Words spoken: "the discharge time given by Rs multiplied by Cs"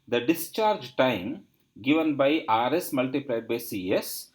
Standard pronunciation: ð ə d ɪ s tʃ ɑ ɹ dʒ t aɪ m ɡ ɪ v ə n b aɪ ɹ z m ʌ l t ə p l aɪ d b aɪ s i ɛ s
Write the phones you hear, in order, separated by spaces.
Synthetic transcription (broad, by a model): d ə d ɪ s tʃ ɑ ɹ dʒ t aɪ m ɡ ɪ v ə n b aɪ ɹ s m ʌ l t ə p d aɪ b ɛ s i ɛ s